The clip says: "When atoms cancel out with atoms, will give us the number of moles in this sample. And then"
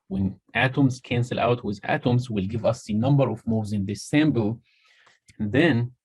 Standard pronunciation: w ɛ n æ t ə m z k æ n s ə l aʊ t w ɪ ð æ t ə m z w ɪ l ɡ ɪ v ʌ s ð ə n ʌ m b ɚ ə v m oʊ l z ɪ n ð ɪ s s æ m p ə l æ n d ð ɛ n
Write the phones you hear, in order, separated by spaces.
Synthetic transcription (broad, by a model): w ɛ n æ t ə m z k æ n s ə l aʊ t w ɪ ð æ t ə m z w ɪ l ɡ ɪ v ʌ s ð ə n ʌ m b ɚ ə v m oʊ z ɪ n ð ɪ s s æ m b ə l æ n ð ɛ n